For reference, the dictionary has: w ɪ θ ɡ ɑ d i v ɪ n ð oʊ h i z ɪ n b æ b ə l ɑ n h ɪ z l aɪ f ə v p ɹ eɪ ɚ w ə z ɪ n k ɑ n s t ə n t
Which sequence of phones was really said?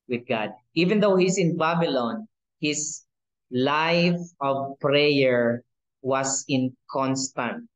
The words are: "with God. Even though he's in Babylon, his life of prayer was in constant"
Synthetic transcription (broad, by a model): w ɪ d ɡ ɑ d i v ɪ n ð oʊ h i s ɪ n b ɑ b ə l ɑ n h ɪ s l aɪ f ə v p ɹ eɪ ɚ w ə s ɪ n k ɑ n s t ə n t